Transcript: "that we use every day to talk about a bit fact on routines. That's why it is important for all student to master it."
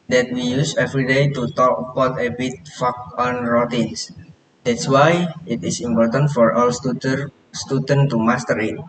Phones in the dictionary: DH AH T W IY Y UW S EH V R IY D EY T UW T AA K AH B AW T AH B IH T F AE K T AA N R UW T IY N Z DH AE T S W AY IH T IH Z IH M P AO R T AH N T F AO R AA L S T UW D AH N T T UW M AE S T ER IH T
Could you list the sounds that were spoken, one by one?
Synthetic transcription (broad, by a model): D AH T W IY Y UW S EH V R IY D EY T UW T AA K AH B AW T AH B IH T F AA K AA N R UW T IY N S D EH T S W AY IH T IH S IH M P AO R T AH N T F AO R AA L S T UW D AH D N T UW M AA S T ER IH T